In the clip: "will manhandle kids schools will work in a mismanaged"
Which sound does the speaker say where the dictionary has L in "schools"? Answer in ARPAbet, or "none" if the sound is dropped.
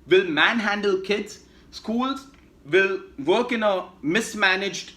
L